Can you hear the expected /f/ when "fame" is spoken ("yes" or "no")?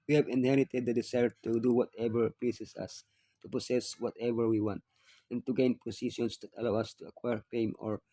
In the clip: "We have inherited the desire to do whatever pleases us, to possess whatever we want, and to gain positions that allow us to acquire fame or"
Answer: no